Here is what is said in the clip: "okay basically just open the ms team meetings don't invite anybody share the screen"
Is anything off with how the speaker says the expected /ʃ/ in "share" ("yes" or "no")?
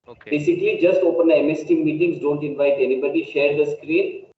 no